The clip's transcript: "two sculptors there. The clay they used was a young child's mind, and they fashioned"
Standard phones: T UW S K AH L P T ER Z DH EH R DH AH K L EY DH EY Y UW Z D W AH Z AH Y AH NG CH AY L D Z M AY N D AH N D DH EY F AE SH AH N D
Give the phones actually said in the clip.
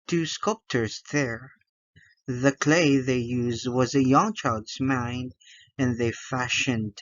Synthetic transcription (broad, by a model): T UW S K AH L P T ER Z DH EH R DH AH K L EY DH EY Y UW Z D W AH Z AH Y AH NG CH AY L D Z M AY N D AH N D DH EY F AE SH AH N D